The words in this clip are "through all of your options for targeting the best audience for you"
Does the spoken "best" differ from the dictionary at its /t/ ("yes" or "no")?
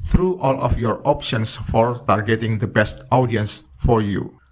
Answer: no